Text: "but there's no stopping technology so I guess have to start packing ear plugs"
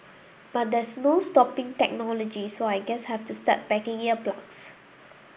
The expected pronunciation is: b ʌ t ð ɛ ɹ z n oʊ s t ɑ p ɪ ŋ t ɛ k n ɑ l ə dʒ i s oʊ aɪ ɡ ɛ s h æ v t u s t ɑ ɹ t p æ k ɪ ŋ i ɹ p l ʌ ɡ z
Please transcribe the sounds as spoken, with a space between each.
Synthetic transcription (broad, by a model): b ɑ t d ɛ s n oʊ s t ɑ p ɪ ŋ t ɛ k n ɑ l ə dʒ i s oʊ aɪ ɡ ɛ s h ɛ f t u s t ɑ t b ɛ k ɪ ŋ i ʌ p l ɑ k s